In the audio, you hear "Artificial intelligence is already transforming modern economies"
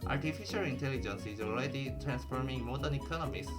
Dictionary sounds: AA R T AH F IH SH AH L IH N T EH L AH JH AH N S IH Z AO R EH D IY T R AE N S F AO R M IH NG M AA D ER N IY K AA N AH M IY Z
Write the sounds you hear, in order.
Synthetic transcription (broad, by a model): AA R T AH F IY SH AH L IH N T EH L AH JH AH N S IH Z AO L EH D IY T R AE N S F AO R M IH NG M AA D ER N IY K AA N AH M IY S